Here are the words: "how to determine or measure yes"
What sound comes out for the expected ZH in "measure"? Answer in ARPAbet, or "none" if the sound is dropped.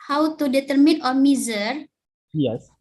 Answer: Z